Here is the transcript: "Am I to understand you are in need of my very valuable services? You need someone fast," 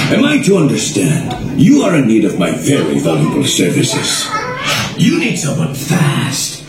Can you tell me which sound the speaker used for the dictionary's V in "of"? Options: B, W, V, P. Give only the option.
V